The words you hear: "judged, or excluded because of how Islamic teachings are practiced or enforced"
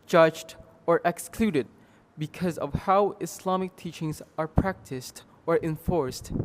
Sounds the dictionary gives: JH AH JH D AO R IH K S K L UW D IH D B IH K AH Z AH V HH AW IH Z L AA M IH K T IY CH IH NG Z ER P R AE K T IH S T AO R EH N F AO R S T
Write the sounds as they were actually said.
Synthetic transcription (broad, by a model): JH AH JH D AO R IH K S K L UW D IH D B IH K AH Z AH V HH AW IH S L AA M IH K T IY CH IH NG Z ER P R AE K T IH S T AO R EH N F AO R S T